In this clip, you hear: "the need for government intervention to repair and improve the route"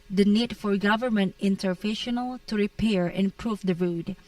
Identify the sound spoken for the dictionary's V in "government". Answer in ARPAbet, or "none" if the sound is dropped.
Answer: V